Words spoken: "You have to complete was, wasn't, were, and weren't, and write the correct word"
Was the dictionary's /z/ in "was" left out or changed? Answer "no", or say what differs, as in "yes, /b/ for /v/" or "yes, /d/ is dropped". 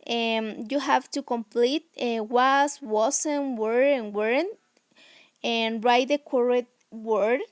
yes, /s/ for /z/